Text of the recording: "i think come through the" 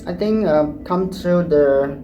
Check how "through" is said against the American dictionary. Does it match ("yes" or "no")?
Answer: no